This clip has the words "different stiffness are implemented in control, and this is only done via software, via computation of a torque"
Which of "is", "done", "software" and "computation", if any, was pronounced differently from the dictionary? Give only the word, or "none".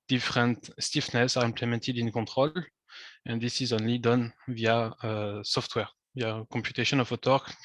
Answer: none